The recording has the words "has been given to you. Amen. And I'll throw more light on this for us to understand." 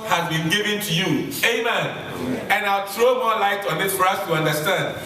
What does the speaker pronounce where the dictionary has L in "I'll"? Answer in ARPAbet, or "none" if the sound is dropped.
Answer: L